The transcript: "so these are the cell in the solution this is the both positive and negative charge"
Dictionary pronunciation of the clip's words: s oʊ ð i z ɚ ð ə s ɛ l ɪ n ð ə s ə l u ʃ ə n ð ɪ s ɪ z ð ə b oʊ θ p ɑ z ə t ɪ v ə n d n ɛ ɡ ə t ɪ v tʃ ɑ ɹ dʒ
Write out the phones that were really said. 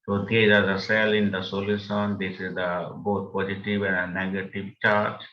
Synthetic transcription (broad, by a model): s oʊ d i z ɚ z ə s ɛ l ɪ n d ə s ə l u s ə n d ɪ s ɪ z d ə b oʊ t p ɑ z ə t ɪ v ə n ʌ n ɛ ɡ ə t ɪ v tʃ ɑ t